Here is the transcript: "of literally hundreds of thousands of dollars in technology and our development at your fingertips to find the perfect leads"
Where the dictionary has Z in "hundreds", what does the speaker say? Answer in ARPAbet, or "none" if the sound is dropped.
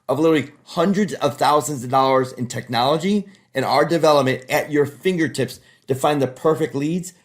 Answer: Z